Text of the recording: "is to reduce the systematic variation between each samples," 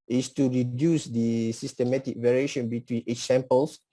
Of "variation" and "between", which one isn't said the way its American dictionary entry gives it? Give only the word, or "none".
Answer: none